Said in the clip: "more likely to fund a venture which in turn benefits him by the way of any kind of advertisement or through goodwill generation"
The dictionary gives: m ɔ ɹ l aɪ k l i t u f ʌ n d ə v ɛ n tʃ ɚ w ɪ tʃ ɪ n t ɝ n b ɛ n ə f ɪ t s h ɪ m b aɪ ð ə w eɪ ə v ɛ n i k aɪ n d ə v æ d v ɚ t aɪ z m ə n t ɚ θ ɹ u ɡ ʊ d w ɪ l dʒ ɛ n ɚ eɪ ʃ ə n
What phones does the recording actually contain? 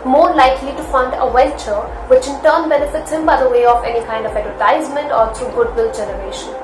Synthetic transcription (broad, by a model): m ɔ ɹ l aɪ k l i t u f ʌ n d ə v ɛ l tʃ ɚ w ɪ tʃ ɪ n t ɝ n b ɛ n ə f ɪ t s h ɪ m b aɪ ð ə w eɪ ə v ɛ n i k aɪ n d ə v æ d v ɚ t aɪ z m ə n t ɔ t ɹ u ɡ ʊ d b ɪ l dʒ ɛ n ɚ eɪ ʃ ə n